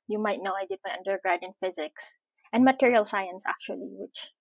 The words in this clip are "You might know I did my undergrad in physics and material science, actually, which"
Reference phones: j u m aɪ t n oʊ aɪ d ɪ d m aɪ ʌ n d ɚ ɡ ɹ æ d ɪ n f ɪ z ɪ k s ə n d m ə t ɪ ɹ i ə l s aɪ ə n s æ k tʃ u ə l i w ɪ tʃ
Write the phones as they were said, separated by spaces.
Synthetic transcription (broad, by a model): j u m aɪ t n oʊ aɪ d ɪ d m aɪ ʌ n d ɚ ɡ ɹ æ d ɪ n f ɪ z ɪ k s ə n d m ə t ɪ ɹ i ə l s aɪ ə n s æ k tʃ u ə l i w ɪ tʃ